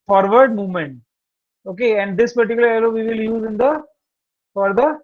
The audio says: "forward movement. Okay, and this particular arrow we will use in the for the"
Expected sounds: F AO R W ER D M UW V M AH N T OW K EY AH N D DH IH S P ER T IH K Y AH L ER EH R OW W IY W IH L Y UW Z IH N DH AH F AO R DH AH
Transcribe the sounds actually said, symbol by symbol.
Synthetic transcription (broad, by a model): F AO R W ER D M UW V M AH N T OW K EY AH N D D IH S P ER T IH K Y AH L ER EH L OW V IY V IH L Y UW Z IH N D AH F AO R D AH